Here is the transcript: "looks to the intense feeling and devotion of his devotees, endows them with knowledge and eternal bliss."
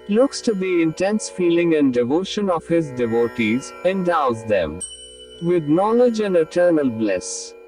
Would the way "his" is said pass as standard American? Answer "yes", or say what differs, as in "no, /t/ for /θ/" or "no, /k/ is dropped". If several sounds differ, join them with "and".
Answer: yes